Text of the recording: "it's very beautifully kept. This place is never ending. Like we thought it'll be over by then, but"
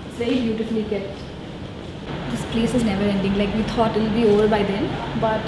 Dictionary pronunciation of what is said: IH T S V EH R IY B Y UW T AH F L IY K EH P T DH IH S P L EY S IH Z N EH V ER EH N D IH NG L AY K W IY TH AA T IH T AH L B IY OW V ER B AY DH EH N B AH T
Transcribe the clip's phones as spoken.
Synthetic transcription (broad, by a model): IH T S V EH R IY B Y UW T AH F L IY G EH T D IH S P L EY S IH Z N EH V ER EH N D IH NG L AY K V IY T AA T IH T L B IY OW V ER B AY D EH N B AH T